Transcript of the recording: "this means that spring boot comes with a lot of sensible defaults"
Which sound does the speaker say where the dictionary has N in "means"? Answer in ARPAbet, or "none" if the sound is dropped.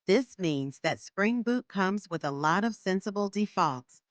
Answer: N